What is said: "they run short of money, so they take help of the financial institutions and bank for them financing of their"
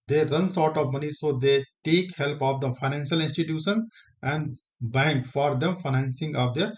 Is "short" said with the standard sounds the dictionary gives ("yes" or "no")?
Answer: no